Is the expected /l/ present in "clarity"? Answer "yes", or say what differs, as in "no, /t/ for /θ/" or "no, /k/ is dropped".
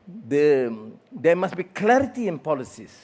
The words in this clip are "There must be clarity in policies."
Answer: yes